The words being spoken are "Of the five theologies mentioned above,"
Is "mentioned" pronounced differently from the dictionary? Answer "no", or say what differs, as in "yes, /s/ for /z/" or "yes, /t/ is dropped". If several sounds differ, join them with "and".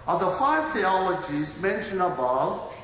yes, /d/ is dropped